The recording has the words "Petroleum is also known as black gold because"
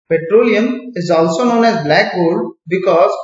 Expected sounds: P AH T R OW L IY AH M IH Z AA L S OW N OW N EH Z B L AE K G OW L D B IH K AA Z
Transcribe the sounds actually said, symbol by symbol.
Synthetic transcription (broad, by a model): P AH T R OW L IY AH M IH Z AA L S OW N OW N EH Z B L AE K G OW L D B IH K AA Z